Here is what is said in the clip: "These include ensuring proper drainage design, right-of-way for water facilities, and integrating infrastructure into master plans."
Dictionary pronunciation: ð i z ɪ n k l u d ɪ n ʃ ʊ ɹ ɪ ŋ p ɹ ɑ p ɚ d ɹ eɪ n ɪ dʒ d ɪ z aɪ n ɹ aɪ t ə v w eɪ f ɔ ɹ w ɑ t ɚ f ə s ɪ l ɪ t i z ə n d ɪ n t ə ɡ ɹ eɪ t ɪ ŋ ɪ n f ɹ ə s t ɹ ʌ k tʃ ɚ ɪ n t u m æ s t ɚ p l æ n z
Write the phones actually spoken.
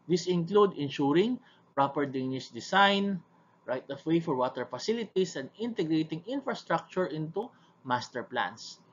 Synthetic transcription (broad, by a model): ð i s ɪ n k l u d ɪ n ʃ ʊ ɹ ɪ ŋ p ɹ ɑ p ɚ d eɪ n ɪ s d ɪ s aɪ n ɹ aɪ t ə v w eɪ f ɔ ɹ w ɑ t ɚ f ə s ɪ l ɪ t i s ə n d ɪ n t ə ɡ ɹ eɪ t ɪ ŋ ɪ n f ɹ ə s t ɹ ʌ k tʃ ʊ ɪ n t u m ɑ s t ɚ p l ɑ n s